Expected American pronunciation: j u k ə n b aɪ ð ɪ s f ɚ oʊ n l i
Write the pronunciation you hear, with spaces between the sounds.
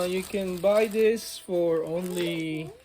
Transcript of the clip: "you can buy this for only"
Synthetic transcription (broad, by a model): j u k ə n b aɪ ð ɪ s f ɚ oʊ n l i